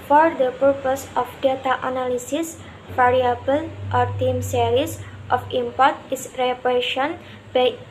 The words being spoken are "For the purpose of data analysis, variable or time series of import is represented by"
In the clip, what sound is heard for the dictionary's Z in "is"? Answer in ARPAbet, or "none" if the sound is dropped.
S